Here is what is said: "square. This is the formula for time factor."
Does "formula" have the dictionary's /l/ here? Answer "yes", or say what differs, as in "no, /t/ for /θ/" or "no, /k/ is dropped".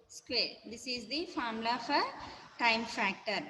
no, /l/ is dropped